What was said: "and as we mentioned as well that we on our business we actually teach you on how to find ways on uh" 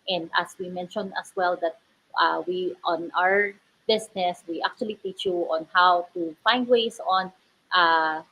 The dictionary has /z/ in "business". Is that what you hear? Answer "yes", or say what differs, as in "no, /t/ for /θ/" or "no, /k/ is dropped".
no, /s/ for /z/